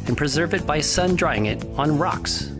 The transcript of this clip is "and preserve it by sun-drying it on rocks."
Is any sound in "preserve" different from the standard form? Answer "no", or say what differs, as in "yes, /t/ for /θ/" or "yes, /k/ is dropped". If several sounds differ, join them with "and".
no